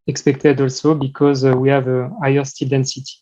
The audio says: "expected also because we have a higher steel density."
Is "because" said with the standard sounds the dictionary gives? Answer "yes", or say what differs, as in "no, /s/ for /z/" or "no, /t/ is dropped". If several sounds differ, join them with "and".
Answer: yes